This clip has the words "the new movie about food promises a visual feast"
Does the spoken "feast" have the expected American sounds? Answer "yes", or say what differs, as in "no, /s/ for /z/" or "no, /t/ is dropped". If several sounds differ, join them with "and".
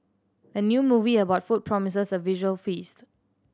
yes